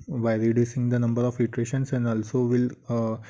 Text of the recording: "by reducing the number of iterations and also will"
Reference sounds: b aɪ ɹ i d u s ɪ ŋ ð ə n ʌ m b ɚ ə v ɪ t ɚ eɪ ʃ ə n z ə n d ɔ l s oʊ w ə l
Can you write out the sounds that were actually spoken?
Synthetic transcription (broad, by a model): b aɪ ɹ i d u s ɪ ŋ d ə n ʌ m b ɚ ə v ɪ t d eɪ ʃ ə n s ə n d ɔ l s oʊ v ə l